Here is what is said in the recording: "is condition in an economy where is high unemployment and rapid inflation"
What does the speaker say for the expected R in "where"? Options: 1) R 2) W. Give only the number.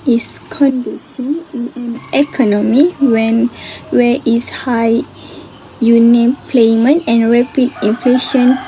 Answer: 2